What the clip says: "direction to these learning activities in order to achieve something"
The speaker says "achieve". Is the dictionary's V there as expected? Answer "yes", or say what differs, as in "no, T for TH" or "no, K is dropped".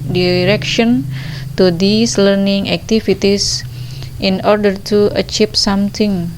no, P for V